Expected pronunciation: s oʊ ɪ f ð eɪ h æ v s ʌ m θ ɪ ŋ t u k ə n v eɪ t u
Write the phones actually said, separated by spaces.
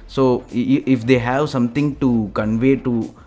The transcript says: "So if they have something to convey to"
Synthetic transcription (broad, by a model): s oʊ ɪ f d eɪ h æ v s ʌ m t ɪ ŋ t u k ə n v eɪ t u